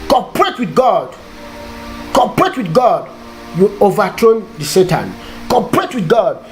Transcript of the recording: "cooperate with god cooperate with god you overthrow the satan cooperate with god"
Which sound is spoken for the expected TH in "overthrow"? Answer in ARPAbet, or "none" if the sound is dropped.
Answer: T